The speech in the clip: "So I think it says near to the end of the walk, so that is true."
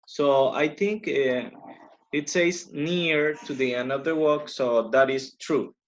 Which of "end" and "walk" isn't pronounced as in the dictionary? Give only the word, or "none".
end